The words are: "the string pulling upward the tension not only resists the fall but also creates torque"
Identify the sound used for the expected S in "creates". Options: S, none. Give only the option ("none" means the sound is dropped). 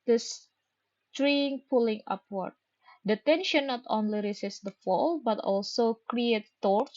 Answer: none